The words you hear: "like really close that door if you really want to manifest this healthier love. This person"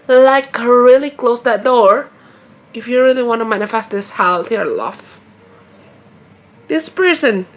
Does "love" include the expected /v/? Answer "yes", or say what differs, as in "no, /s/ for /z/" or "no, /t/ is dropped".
no, /f/ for /v/